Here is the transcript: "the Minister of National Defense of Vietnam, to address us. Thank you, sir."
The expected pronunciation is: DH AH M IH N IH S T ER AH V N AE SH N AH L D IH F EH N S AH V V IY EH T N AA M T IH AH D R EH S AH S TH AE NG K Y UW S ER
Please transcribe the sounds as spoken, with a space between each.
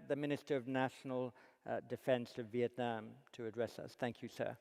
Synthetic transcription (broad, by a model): DH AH M IH N IH S T ER AH V N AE SH N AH L D IH F EH N S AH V V IY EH T N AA M T IH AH D R EH S AH S TH AE NG K Y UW S ER